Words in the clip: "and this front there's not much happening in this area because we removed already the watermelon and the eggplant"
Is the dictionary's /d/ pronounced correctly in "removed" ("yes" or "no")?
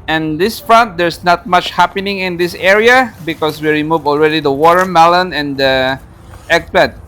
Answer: no